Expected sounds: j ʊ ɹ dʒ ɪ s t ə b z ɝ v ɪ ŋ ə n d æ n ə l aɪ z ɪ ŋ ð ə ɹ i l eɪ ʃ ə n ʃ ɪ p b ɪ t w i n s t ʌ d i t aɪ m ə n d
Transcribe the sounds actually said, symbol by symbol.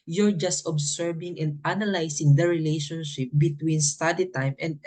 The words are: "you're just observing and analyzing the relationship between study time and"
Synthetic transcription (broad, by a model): j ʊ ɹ dʒ ɪ s t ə b s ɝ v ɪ ŋ ə n d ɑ n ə l aɪ s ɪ ŋ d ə ɹ i l eɪ ʃ ə n ʃ ɪ p b ɪ t w i n s t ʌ d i t aɪ m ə n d